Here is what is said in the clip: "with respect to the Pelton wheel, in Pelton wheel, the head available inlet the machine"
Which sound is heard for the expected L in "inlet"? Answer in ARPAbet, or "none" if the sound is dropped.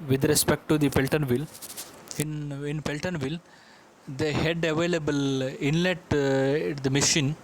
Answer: L